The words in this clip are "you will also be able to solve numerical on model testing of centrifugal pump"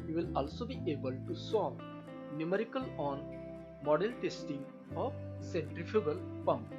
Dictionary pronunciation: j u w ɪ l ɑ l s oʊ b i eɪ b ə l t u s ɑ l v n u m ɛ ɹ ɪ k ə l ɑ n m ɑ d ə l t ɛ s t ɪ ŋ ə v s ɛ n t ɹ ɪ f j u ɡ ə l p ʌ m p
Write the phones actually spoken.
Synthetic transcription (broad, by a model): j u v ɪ l ɑ l s oʊ b i eɪ b ə l t u s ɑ v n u m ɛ ɹ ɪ k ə l ɑ n m ɑ d ə l t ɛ s t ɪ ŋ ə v s ɛ n t ɹ ɪ f j u ɡ ə l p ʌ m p